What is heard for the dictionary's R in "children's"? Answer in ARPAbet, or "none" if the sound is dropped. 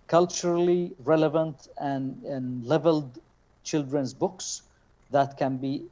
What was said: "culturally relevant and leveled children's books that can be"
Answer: R